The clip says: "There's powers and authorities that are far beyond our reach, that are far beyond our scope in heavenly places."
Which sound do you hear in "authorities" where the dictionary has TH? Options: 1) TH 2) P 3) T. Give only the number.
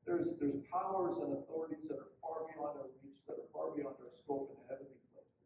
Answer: 1